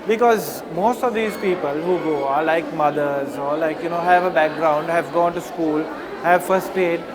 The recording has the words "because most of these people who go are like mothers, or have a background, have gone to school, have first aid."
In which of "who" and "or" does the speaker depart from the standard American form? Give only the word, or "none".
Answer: or